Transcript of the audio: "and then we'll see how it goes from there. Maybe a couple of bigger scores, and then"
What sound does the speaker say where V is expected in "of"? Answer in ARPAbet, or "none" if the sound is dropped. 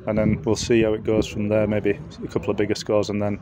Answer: V